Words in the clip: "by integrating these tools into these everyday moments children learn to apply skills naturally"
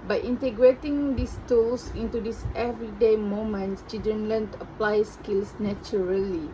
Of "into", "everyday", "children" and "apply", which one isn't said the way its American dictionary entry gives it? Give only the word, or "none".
children